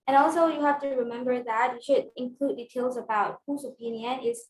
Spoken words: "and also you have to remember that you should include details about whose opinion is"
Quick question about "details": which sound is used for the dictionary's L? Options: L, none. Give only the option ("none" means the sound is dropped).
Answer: L